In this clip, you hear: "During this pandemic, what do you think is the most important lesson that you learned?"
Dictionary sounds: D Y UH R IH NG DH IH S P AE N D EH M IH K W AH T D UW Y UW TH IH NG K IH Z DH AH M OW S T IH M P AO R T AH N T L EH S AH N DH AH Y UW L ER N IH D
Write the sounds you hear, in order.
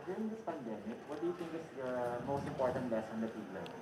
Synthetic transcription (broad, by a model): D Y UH R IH NG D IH S P AE N D EH M IH K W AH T D UW Y UW T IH NG K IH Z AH M OW S T IH M P AO R T AH N T L EH S AH N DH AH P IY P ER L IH